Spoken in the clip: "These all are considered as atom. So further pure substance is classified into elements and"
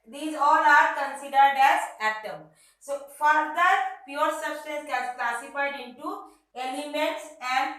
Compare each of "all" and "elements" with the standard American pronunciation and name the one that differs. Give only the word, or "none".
elements